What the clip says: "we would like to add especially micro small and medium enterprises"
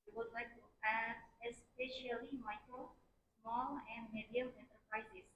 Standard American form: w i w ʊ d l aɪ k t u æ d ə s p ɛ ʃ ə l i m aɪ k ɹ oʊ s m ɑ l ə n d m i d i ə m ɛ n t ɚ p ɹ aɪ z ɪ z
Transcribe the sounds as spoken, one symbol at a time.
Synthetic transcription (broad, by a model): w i w ʊ d l aɪ k t u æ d ə s p ɛ ʃ ə l i m aɪ k ɹ oʊ s m ɑ l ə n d m i d i ə m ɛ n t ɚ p ɹ aɪ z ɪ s